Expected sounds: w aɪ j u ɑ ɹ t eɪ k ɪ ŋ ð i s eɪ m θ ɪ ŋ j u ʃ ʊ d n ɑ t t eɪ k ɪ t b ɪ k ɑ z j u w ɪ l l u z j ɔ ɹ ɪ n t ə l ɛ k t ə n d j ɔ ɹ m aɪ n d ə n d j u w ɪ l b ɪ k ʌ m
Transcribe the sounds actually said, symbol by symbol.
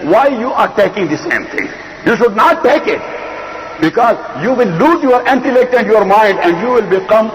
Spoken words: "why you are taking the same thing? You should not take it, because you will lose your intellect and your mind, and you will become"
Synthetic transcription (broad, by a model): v aɪ j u ɑ ɹ t eɪ k ɪ ŋ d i s eɪ m t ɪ ŋ j u ʃ ʊ d n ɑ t t eɪ k ɪ t b ɪ k ɑ z j u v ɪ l l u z j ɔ ɹ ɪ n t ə l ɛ k t ə n d j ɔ ɹ m aɪ n d ə n d j u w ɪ l b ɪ k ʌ m